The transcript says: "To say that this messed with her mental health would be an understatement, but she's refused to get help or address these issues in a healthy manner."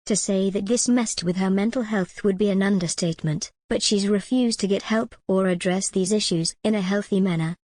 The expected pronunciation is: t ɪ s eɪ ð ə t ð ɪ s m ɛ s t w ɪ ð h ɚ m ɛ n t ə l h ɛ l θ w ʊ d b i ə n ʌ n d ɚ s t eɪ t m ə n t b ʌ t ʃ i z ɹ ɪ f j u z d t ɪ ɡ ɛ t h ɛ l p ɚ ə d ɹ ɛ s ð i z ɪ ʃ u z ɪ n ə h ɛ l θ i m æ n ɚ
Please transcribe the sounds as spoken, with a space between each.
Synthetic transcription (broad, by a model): t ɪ s eɪ ð ə t ð ɪ s m ɛ s t w ɪ ð ɚ m ɛ n t l h ɛ l θ w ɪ d b i ə n ʌ n d ɚ s t eɪ t m ə n t b ʌ t ʃ i z ɹ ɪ f j u z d t ɪ ɡ ɛ t h ɛ l p ɚ ə d ɹ ɛ s ð i z ɪ ʃ u z ɪ n ə h ɛ l θ i m æ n ɚ